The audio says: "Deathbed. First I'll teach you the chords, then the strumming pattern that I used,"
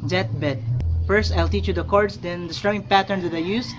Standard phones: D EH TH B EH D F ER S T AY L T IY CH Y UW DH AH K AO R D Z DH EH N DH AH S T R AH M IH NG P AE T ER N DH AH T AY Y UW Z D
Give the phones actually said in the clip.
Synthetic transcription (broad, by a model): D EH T B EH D F ER S T AY L T IY CH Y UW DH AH K AO R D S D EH N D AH S T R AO IH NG P AE T ER N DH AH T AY Y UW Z